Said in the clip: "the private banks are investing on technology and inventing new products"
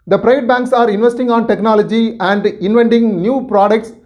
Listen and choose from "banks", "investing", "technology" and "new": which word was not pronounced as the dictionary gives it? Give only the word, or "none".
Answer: none